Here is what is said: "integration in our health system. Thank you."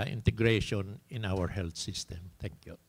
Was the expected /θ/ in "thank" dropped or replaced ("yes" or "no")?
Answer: yes